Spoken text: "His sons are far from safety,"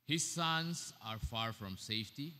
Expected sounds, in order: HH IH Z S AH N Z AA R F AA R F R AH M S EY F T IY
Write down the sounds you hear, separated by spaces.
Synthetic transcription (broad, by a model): HH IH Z S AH N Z AA R F AA R F R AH M S EY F T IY